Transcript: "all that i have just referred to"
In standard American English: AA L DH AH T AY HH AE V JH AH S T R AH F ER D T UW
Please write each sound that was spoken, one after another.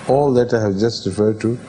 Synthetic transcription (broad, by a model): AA L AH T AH HH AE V JH AH S T R AH F ER D T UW